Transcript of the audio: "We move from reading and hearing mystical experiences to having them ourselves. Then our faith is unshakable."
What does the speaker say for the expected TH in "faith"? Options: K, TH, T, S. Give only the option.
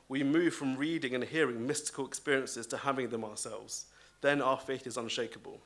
TH